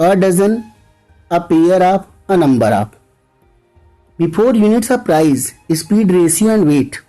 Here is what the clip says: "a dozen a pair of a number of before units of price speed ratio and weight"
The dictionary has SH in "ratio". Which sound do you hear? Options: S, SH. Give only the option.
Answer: S